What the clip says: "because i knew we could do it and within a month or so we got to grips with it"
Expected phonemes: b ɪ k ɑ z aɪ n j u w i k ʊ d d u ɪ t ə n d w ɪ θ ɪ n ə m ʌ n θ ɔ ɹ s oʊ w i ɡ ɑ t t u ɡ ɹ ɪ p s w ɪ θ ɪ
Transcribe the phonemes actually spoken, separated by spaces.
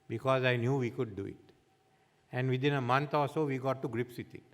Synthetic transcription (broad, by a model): b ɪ k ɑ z aɪ n j u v i k ʊ d d u ɪ t ə n d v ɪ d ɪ n ə m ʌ n t ɔ l s oʊ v i ɡ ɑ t t u ɡ ɹ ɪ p s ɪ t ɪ